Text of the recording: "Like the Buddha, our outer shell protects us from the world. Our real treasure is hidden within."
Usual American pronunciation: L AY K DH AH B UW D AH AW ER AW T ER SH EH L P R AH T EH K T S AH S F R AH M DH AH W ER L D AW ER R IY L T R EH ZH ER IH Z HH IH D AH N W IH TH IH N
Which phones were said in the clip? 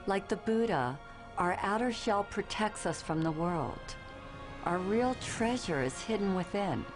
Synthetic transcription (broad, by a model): L AY K DH AH B UW D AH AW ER AW T ER SH EH L P R AH T EH K T S AH S F R AH M DH AH W ER L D AW ER R IY L T R EH ZH ER IH Z HH IH D N W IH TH IH N